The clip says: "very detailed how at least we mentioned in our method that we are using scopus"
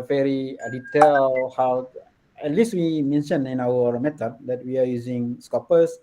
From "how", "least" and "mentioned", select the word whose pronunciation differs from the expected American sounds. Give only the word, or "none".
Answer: mentioned